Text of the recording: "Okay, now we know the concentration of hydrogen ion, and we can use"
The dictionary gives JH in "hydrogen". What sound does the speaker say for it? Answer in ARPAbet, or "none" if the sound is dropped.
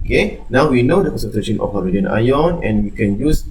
none